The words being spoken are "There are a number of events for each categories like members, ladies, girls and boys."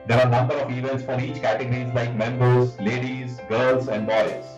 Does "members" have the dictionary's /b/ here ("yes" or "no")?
yes